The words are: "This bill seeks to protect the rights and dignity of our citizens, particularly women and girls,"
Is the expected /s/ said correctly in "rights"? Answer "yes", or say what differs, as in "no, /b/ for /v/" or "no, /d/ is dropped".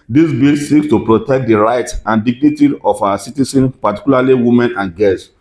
no, /s/ is dropped